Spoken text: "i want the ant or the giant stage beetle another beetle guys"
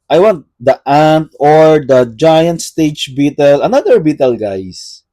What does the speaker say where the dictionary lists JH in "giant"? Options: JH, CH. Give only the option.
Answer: JH